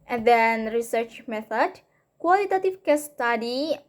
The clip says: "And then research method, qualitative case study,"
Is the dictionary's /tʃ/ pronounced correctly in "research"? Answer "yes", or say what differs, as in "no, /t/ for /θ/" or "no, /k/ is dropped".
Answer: yes